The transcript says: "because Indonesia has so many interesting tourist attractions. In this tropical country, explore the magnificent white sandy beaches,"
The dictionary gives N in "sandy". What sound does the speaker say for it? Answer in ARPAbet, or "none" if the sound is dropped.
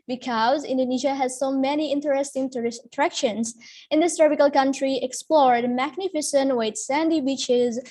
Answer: N